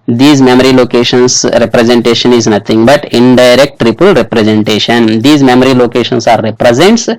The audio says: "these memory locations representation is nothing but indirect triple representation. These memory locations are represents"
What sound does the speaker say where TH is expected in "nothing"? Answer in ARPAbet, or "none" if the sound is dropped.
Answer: T